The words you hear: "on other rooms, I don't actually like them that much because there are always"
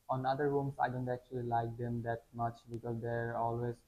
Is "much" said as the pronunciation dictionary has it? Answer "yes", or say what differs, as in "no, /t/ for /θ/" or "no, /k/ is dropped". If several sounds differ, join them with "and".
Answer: yes